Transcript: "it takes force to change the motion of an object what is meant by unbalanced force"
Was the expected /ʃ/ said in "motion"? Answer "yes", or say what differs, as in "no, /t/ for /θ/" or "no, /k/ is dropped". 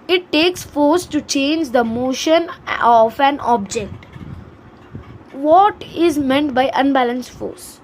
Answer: yes